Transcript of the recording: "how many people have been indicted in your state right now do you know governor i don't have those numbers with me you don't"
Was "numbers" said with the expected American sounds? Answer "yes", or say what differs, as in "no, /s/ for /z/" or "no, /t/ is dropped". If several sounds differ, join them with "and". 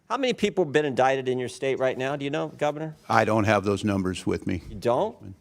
yes